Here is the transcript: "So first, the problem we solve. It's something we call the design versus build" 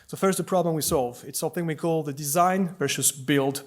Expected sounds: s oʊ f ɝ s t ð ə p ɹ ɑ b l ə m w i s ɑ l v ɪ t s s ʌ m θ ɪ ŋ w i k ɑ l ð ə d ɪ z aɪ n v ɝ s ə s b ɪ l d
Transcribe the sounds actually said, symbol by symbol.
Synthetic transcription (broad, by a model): s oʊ f ɝ s t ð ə p ɹ ɑ b l ə m w i s ɑ l v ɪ t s s ʌ m θ ɪ ŋ w i k ɑ l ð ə d ɪ z aɪ n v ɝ ʃ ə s b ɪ l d